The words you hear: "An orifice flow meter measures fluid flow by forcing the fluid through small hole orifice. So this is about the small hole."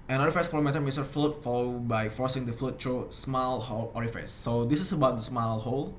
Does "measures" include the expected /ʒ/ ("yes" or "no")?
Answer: no